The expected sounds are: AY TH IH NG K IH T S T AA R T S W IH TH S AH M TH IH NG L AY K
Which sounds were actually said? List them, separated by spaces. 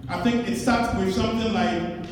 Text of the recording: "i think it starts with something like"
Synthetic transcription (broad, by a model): AY TH IH NG K IH T S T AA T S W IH S AH M TH IH NG L AY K